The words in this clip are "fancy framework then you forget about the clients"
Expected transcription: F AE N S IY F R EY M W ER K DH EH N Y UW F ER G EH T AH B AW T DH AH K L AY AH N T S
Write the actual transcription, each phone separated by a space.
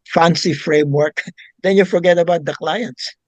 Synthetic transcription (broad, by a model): F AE N S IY F R EY M W ER K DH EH N Y UW F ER G EH T AH B AW T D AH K L AY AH N T S